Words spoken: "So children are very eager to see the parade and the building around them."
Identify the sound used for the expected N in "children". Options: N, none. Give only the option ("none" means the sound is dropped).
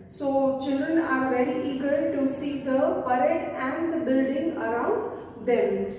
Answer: N